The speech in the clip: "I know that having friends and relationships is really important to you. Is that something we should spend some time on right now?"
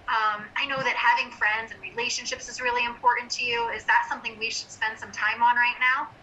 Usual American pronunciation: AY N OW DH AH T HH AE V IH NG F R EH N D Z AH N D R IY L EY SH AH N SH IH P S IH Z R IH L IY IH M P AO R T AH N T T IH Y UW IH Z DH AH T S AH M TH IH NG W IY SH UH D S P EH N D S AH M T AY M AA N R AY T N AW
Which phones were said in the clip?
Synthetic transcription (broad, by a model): AY N OW DH AH T HH AE V IH NG F R EH N D Z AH N R IY L EY SH AH N SH IH P S IH Z R IH L IY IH M P AO R T N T T IH Y UW IH Z DH AH T S AH M TH IH NG W IY SH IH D S P EH N D S AH M T AY M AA N R AY T N AW